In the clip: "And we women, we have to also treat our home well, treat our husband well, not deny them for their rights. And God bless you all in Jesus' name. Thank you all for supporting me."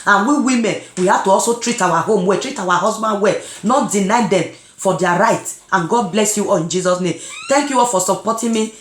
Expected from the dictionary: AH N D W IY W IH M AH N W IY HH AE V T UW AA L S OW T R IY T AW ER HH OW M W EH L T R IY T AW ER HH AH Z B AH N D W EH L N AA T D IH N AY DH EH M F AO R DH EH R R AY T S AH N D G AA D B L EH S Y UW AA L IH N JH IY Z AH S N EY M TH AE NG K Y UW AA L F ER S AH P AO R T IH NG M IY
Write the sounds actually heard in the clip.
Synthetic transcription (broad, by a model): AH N W IY W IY M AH N W IY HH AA T UW AA L S OW T R IY T AW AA HH OW M W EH T R IY T AW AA HH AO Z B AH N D W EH N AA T D IH N AY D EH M F AO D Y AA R R AY T AH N G AA D B L EH S Y UW AA L IH N JH IY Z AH S N EY M T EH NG K Y UW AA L F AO S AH P AO T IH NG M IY